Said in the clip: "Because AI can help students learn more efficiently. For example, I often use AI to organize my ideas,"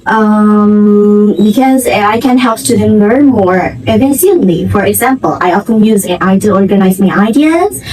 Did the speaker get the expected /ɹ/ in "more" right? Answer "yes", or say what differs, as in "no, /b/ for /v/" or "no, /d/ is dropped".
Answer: yes